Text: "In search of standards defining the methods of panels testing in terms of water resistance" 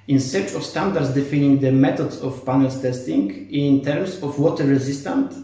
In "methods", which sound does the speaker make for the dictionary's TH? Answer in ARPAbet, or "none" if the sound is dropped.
T